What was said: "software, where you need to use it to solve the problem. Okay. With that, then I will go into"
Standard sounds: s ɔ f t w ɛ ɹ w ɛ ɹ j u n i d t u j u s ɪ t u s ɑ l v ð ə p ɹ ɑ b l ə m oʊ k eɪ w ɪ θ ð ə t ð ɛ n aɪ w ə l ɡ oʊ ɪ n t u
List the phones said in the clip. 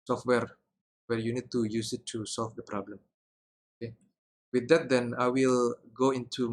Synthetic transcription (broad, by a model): s ɔ f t w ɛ ɹ w ɛ ɹ j u n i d t u j u s ɪ t u s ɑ l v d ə p ɹ ɑ b l ə m oʊ k eɪ w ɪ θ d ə t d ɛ n aɪ w ə l ɡ oʊ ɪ n t u